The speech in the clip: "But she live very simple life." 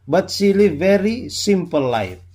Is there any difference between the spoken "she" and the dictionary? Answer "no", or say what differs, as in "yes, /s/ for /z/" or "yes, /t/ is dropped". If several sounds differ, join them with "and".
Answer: yes, /s/ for /ʃ/